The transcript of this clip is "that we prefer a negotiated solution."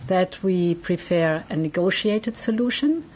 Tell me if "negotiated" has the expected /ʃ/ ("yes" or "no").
yes